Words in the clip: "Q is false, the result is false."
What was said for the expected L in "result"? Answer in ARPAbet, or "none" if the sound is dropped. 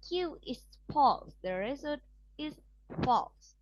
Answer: none